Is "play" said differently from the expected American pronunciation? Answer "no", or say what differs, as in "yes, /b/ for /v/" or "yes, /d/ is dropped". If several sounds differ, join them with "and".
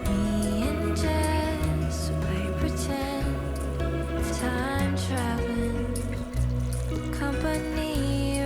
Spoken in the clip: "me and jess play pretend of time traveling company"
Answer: yes, /l/ is dropped